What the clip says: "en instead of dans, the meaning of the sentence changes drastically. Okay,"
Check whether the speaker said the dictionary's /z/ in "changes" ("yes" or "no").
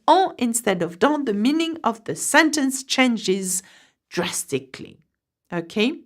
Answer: yes